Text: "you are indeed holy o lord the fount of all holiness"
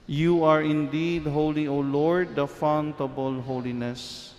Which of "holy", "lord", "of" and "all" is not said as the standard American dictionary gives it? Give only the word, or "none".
of